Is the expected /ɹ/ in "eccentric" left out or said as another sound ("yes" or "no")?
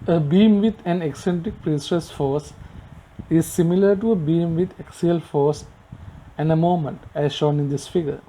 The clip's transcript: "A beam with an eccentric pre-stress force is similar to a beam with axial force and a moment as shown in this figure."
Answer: no